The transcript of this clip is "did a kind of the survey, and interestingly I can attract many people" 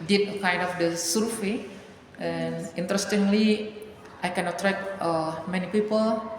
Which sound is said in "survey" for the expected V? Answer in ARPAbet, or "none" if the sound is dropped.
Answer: F